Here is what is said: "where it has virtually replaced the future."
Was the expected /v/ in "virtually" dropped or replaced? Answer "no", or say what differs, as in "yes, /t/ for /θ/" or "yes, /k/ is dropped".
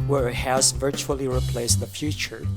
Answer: no